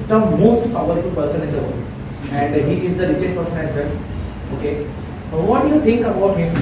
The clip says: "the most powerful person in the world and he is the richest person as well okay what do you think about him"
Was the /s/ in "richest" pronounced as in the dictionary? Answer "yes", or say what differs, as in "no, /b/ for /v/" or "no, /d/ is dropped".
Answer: no, /s/ is dropped